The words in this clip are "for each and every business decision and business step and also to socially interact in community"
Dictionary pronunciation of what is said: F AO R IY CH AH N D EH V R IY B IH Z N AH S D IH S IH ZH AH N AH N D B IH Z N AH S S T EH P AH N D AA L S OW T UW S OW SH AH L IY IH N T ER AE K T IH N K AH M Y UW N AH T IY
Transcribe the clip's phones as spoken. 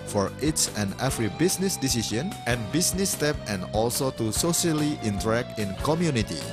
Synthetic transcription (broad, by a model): F AO R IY S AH N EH F R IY B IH S N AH S D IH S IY SH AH N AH N B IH S N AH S S T EH P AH N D AA L S OW T UW S OW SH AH L IY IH N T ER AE K T IH N K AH M Y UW N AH T IY